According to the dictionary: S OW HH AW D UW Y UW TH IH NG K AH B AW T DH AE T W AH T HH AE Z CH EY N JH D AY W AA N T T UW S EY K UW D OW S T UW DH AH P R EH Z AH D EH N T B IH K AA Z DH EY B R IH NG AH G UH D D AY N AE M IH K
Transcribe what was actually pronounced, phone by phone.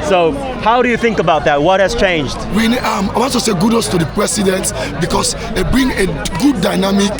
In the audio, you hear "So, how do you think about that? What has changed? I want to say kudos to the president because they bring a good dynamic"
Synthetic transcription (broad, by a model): S OW HH AW D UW Y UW TH IH NG K AH B AW T DH AE T W AH T HH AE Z CH EY N JH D AY W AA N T T UW S EY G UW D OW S T UW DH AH P R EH S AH D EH N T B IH K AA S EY B R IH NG AH G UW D D AY N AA M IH K